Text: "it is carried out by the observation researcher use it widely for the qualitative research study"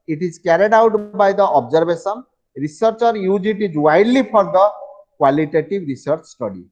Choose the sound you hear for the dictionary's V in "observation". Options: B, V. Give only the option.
B